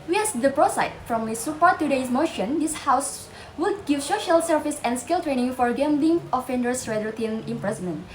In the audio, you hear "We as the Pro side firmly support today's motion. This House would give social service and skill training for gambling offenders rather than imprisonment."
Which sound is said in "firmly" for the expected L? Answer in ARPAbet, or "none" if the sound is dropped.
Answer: none